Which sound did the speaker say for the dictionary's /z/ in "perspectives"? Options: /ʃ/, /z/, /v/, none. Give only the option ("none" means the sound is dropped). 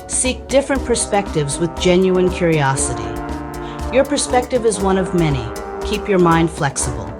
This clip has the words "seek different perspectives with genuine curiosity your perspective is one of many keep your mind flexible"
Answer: /z/